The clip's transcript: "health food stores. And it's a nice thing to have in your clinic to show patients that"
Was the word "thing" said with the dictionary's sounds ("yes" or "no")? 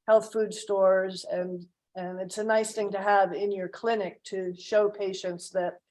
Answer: yes